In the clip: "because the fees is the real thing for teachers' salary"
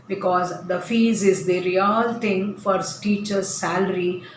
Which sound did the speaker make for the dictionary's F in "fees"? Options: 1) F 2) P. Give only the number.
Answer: 1